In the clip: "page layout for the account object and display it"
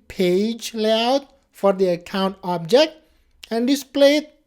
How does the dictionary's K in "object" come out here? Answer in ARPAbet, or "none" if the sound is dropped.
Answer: K